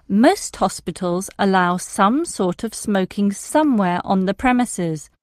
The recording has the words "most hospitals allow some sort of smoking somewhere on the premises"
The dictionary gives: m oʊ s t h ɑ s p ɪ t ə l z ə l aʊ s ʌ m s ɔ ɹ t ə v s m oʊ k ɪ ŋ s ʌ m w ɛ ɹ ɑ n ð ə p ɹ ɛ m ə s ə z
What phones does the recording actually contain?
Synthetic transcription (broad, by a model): m oʊ s t h ɑ s p ɪ t ə l z ə l aʊ s ʌ m s ɔ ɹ t ə v s m oʊ k ɪ ŋ s ʌ m w ɛ ɹ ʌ n ð ə p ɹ ɛ m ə s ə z